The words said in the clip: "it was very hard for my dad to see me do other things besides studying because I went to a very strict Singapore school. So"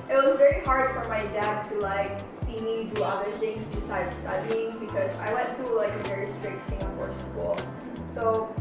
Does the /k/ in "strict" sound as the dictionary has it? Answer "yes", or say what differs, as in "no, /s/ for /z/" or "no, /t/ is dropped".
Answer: no, /k/ is dropped